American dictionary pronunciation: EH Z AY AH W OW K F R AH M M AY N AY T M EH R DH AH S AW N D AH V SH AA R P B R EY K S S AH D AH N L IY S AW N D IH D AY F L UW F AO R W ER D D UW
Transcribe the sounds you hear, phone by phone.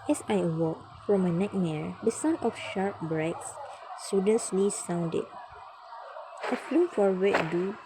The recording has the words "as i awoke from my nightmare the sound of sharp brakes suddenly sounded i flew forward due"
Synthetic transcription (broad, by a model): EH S AY AH W OW K F R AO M M AY N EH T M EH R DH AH S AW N AH F SH AA R P B R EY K S S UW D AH N L IY S AW N D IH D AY F L UW F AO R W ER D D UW